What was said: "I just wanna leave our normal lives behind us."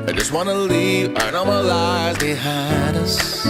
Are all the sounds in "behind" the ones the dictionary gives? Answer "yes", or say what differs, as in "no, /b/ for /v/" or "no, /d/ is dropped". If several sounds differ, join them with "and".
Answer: no, /n/ is dropped